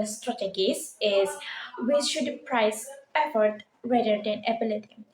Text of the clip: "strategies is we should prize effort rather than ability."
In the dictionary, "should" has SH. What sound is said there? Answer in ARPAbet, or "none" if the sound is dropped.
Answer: SH